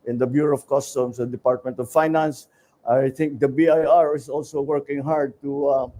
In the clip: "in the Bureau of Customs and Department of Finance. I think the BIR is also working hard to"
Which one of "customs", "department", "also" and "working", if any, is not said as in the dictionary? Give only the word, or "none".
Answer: customs